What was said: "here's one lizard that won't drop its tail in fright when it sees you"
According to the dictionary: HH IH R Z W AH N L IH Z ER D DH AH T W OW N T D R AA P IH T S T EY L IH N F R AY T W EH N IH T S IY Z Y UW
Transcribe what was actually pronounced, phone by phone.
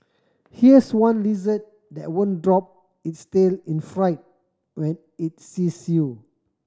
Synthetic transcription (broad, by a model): HH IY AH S W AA N L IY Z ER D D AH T W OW N D R AA P IH T S T EY L IH N F R AY T W EH N IH T S IY S Y UW